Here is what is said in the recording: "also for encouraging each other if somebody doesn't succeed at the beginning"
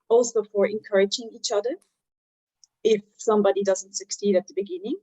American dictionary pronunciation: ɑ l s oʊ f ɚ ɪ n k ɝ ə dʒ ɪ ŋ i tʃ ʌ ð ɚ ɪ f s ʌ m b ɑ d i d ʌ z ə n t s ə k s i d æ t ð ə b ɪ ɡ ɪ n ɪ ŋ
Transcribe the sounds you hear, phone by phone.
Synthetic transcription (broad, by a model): ɑ l s oʊ f ɚ ɪ n k ɝ ə dʒ ɪ ŋ i tʃ ʌ ð ɚ ɪ f s ʌ m b ɑ d i d ʌ z ə n t s ə k s i d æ t ð ə b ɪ ɡ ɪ n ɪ ŋ